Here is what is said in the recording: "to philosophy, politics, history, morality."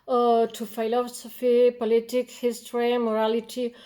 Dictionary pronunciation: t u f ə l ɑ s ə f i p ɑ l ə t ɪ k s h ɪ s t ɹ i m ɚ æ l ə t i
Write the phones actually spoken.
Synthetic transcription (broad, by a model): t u f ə l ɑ s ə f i p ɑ l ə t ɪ k h ɪ s t ɹ i m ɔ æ l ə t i